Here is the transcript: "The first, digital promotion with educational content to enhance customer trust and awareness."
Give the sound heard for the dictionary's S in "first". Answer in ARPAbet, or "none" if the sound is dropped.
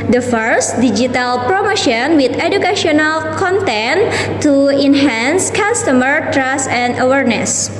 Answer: S